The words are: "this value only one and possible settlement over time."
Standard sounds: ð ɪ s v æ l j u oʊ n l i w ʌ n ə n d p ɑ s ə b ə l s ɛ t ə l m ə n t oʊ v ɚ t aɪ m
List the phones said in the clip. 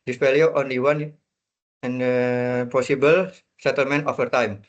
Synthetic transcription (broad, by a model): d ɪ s f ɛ l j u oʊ n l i w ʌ n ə n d p ɑ s ə b ə l s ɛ t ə l m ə n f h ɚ t aɪ m